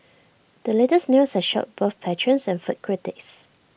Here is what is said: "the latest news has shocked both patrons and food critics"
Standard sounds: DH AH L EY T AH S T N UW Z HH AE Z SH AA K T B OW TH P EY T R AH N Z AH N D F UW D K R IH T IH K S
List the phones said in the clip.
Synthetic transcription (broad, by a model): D AH L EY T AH S N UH S HH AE SH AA T B OW TH P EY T R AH N S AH N F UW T K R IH T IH K S